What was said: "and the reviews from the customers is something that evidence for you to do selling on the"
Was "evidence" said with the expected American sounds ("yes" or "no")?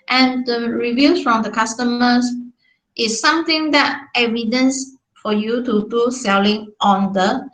yes